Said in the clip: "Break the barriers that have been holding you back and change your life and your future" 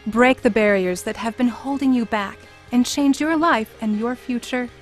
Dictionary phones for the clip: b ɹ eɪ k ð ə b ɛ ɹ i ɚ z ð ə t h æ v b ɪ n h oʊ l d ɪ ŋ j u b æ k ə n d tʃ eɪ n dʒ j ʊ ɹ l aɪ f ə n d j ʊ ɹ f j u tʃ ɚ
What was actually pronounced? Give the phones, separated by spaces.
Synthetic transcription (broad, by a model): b ɹ eɪ k ð ə b ɛ ɹ i ɚ z ð ə t h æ v b ɪ n h oʊ l d ɪ ŋ j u b æ k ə n tʃ eɪ n dʒ j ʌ ɹ l aɪ f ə n j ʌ ɹ f j u tʃ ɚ